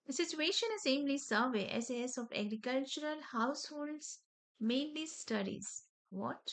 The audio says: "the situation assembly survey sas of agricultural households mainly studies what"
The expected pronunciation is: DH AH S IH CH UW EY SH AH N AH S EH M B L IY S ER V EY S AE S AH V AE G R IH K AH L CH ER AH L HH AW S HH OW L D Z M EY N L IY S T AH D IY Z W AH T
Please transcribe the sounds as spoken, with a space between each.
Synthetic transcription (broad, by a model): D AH S IH CH UW EY SH AH N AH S EH M L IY S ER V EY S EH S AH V AE G R IH K AH L CH ER AH L HH AW S HH OW L D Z M EY N L IY S T AH D IY Z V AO T